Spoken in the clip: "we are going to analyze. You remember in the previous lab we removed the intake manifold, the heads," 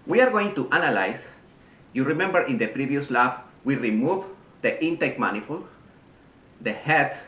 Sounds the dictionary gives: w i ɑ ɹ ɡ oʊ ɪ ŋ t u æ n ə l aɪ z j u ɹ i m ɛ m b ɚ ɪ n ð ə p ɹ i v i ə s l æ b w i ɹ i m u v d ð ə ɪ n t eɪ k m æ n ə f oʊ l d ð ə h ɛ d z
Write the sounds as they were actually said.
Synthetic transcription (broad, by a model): w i ɑ ɹ ɡ oʊ ɪ ŋ t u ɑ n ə l aɪ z j u ɹ i m ɛ m b ɚ ɪ n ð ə p ɹ i v i ə s l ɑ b w i ɹ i m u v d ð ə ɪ n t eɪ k m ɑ n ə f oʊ l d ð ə h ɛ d